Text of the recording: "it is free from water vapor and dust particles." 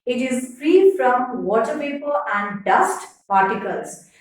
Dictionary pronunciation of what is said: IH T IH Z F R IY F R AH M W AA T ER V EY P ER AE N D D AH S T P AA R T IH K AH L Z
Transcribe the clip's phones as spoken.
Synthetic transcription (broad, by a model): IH T IH Z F R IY F R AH M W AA T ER P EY P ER AE N D D AH S T P AA R T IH K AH L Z